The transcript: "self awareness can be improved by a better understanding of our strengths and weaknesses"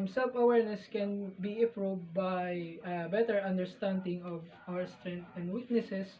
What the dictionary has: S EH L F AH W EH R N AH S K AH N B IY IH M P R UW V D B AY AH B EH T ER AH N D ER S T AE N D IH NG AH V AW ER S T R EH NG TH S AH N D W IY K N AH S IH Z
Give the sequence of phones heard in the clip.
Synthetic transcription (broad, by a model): S EH L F AH W EH R N AH S K AH N B IY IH P R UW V B AY AH B EH T ER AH N D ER S T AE N D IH NG AH V AW ER S T R EH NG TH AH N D W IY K N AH S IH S